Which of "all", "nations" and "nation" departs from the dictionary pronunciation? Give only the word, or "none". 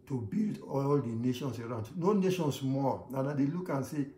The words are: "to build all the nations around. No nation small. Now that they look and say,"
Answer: nations